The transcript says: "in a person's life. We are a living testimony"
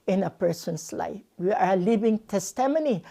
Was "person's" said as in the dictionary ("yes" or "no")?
no